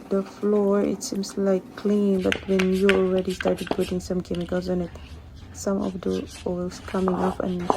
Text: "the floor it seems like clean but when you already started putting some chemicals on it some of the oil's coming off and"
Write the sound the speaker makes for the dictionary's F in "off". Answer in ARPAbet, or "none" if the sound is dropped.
P